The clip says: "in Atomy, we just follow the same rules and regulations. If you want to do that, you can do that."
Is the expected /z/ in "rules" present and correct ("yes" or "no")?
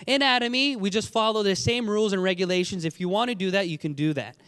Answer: yes